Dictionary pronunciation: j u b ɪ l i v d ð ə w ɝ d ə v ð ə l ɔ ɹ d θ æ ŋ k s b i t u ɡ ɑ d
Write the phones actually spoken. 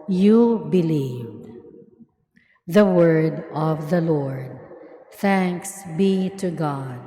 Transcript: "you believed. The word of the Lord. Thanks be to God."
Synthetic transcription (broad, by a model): j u b ɪ l i v d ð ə w ɝ d ə v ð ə l ɔ ɹ d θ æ ŋ k s b i t u ɡ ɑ d